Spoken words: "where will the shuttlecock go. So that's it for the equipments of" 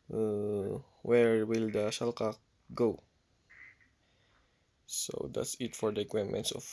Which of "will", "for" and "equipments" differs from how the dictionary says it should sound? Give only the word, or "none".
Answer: equipments